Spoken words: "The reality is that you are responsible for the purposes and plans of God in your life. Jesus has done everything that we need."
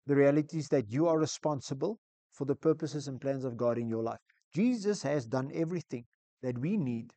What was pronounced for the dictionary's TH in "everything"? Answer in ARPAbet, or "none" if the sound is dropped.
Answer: TH